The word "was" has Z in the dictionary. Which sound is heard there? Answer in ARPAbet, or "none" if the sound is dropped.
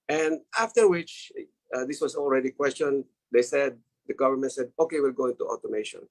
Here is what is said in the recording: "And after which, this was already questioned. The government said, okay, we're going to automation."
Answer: S